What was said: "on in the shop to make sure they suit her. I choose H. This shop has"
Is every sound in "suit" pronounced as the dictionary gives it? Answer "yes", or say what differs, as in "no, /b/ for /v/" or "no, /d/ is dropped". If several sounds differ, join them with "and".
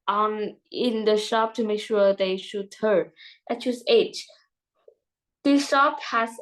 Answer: no, /ʃ/ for /s/